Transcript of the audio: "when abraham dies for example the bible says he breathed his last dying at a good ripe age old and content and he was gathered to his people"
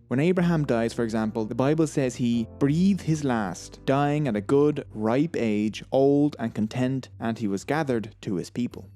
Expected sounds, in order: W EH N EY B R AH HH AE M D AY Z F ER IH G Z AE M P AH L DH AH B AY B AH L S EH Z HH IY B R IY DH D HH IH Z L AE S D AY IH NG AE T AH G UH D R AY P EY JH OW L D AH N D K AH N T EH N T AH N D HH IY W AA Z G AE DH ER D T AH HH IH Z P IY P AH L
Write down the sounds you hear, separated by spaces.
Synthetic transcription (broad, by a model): W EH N EY B R AH HH AE M D AY Z F ER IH G Z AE M P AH L DH AH B AY B AH L S EH Z HH IY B R IY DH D HH IH Z L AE S D AY IH NG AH T AH G UH D R AY P EY JH OW L D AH N K AH N T EH N T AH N IY W AA Z G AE DH ER D T AH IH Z P IY P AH L